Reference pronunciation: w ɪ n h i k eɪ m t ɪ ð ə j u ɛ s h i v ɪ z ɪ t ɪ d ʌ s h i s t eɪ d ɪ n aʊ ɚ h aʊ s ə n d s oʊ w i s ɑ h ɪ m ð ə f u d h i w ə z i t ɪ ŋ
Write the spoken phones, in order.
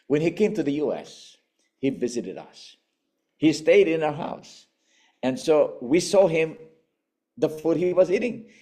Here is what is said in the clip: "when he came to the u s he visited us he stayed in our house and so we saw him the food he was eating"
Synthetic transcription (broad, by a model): w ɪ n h i k eɪ m t ɪ ð ə j u ɛ s h i v ɪ z ɪ t ɪ d ʌ s h i s t eɪ d ɪ n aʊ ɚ h aʊ s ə n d s oʊ w i s ɑ h ɪ m ð ə f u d h i w ə z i t ɪ ŋ